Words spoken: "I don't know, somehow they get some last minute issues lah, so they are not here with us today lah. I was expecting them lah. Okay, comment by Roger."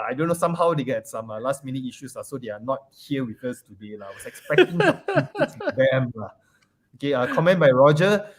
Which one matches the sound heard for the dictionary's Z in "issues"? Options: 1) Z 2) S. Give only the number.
2